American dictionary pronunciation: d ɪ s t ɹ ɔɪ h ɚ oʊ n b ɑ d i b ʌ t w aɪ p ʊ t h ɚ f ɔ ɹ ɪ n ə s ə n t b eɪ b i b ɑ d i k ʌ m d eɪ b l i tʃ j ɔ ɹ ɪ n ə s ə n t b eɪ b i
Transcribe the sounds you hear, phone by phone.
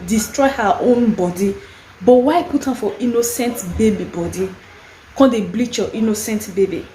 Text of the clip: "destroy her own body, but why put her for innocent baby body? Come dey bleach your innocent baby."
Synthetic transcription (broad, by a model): d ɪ s t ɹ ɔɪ h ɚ oʊ n b ɑ d i b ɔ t w aɪ p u t h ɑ f ɔ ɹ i n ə s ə n t b eɪ b i b ɑ d i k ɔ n d eɪ b l i tʃ j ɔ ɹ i n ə s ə n t b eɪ b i